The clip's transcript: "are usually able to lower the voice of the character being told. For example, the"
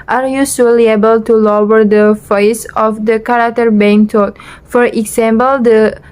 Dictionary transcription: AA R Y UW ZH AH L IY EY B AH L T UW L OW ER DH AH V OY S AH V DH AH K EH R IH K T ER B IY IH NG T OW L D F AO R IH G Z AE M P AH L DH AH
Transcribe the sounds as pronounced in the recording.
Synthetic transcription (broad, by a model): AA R Y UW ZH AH L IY EY B AH L T UW L OW ER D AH F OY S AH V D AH K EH R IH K T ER B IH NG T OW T F AO R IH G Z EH M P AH L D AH